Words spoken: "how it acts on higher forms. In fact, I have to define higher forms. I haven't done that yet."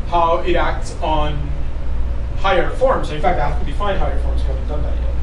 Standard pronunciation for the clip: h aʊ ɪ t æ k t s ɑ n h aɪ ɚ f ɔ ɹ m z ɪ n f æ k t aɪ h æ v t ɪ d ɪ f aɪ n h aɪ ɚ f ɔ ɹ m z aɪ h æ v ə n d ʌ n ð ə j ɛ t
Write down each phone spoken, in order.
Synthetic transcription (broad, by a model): h aʊ ɪ t æ k t s n h aɪ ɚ f ɔ ɹ m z ɪ n f æ k t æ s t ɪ d ɪ f aɪ n h aɪ ɚ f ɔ ɹ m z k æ ə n d ʌ n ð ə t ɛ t